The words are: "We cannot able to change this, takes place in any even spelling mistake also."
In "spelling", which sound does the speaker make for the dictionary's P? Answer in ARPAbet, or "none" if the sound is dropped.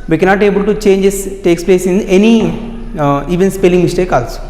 P